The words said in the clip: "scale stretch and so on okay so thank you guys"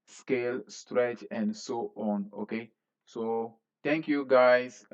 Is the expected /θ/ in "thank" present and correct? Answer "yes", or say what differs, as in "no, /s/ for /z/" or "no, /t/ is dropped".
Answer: no, /t/ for /θ/